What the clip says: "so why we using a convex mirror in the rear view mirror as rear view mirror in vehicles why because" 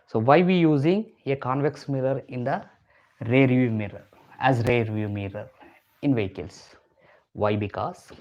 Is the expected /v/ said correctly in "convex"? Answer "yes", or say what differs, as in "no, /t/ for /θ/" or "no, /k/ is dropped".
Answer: yes